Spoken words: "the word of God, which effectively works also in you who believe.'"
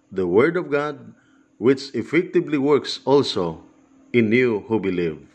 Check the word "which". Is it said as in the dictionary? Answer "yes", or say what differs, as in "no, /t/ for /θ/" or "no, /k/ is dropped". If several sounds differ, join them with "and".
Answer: yes